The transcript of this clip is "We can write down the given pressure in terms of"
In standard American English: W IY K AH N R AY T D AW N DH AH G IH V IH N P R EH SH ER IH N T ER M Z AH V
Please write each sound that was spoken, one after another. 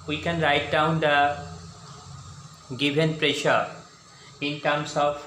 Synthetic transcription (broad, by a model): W IY K AH N R AY T D AW N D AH G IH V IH N P R EH SH ER IH N T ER M S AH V